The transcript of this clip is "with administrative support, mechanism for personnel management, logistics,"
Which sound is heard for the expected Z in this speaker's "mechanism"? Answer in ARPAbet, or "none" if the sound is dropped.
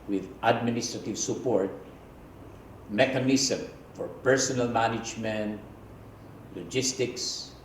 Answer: S